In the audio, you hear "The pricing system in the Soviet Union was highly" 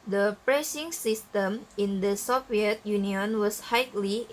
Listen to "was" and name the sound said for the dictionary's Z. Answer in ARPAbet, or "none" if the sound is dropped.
S